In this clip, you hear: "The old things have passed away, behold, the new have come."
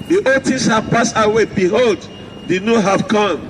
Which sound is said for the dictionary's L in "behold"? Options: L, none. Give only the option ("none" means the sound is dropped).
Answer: L